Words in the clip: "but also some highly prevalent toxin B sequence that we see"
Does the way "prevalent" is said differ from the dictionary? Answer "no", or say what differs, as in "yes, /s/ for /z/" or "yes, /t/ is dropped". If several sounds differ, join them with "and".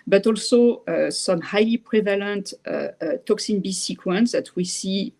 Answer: no